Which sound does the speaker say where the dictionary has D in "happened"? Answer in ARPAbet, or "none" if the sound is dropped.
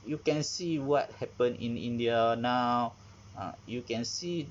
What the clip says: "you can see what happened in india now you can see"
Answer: none